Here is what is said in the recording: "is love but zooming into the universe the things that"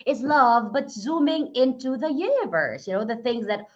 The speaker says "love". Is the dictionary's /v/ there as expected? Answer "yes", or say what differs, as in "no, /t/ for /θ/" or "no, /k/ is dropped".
yes